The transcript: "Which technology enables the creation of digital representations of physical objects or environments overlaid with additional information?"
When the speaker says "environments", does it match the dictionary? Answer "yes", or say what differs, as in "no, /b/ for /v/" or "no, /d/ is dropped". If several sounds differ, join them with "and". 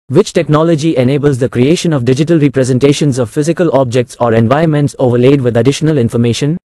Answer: no, /ɹ/ is dropped